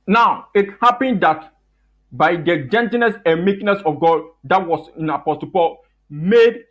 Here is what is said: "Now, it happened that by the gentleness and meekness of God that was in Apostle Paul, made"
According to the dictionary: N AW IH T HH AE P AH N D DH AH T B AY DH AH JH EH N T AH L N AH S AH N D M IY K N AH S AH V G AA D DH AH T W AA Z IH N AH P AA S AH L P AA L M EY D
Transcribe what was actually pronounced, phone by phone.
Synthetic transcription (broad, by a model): N AW IH T HH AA P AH N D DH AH T B AY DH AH JH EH N T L N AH S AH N M IY K N AH S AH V G AA D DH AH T W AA S IH N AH P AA S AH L P AA L M EY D